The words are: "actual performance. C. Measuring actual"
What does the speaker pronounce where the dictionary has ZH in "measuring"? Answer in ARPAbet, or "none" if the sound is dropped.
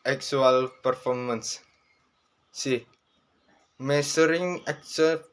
S